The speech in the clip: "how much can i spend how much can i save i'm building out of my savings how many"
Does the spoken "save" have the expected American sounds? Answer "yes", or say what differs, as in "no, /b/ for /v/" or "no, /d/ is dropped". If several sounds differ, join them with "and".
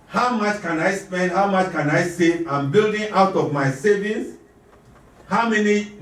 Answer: no, /v/ is dropped